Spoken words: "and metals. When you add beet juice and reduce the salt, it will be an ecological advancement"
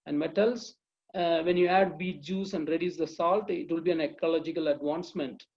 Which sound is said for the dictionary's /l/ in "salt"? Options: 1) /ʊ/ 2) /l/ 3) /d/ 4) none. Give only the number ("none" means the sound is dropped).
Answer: 2